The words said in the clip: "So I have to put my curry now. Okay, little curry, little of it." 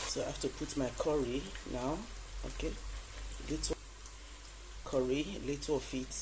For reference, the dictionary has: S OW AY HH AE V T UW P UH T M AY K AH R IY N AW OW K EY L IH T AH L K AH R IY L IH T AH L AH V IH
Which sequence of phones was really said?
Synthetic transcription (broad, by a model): S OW AY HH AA F T UW P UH T M AY K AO R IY N AW OW K EY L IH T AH K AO R IY L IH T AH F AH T